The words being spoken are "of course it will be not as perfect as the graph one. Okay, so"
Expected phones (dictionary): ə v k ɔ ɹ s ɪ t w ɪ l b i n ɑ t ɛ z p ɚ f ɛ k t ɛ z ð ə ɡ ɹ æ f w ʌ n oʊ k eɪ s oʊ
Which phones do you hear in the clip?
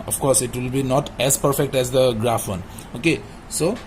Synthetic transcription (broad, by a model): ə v k ɔ ɹ s ɪ t w ɪ l b i n ɑ t ɛ z p ɚ f ɛ k t ɛ z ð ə ɡ ɹ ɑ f w ʌ n oʊ k eɪ s oʊ